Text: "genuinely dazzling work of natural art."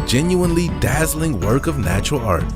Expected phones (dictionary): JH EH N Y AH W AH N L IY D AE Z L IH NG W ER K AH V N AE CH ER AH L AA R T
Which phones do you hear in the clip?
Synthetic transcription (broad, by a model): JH EH N Y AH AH N L IY D AE Z L IH NG W ER K AH V N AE CH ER L AA R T